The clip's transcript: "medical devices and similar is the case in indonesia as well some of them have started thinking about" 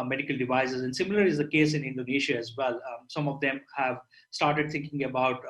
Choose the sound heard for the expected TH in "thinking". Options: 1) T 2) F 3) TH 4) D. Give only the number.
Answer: 1